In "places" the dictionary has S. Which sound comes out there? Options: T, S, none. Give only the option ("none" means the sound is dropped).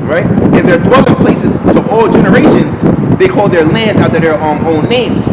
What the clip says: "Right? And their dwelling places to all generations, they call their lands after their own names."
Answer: S